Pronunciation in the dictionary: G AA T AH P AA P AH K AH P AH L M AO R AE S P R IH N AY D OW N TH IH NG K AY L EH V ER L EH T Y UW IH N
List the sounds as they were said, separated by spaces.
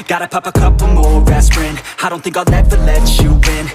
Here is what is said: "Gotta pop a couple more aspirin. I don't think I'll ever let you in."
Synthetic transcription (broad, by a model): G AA T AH P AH P AH K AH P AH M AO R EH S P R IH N AY D OW N TH IH NG K AY N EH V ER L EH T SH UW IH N